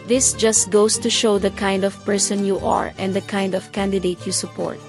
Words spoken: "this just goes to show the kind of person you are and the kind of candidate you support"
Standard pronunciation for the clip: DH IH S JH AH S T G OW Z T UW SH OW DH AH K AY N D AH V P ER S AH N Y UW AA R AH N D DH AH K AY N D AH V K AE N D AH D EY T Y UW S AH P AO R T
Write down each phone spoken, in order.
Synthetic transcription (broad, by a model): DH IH S JH AH S T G OW S T UW SH OW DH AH K AY N D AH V P ER S AH N Y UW AA R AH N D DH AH K AY N D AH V K AE N D AH D EY T Y UW S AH P AO R T